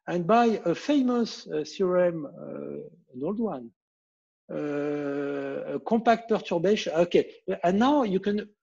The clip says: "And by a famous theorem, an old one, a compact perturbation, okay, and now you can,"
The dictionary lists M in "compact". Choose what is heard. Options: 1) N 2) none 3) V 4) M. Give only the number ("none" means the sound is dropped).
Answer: 2